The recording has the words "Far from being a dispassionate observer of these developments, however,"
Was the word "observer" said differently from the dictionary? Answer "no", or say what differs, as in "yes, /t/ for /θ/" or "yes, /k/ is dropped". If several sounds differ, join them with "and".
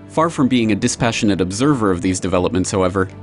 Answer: no